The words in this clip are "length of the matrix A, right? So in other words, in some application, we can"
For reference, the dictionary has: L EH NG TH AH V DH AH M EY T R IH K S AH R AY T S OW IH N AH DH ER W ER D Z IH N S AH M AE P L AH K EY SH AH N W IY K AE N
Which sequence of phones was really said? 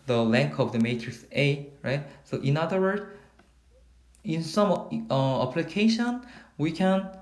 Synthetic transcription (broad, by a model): L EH NG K AH V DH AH M EY T R IH K S AH R AY T S OW IH N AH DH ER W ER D IH N S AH M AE P L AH K EY SH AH N W IY K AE N